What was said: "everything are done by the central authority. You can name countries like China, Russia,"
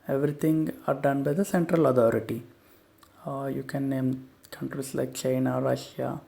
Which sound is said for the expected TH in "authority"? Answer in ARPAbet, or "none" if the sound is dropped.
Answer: T